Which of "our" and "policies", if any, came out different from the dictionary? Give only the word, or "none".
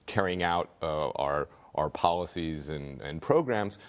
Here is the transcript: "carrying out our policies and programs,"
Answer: none